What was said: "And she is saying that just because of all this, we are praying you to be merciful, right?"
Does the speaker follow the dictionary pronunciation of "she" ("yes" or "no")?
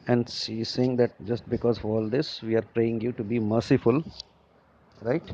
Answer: no